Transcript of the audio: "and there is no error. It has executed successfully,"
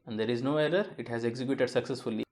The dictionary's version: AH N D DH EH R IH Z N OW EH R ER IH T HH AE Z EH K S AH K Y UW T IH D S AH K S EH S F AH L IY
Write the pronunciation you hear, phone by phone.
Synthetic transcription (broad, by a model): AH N D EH R IH Z N OW EH R ER IH T HH AE Z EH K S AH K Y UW T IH D S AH K S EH S F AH L IY